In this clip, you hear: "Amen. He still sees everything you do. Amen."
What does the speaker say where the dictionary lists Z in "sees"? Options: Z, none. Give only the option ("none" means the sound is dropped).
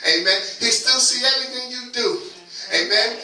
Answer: none